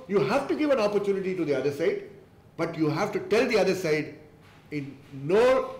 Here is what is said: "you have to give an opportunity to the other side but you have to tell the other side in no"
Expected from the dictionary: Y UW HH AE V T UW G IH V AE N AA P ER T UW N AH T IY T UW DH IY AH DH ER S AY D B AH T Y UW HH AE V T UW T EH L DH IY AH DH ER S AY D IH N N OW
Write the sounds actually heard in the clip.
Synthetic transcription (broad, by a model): Y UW HH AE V T UW G IH V AE N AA P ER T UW N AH T IY T UW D IY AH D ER S AY D B AH T Y UW HH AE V T UW T EH L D IY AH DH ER S AY D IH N N OW